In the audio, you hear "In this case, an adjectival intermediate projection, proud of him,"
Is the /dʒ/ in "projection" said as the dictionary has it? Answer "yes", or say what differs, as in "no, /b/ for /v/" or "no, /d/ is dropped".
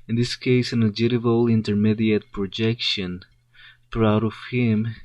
yes